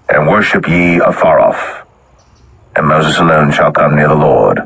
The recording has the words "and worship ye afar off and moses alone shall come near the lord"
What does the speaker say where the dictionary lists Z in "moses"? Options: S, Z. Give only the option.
Z